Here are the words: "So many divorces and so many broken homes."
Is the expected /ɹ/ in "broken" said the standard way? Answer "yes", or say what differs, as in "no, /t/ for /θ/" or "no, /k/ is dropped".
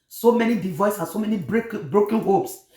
yes